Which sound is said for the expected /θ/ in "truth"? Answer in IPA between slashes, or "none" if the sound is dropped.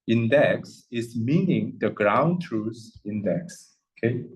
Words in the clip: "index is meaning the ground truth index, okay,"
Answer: /s/